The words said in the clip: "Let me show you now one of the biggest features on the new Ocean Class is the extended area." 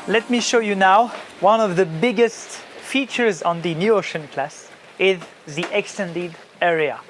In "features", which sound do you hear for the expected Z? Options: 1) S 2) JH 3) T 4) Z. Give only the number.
4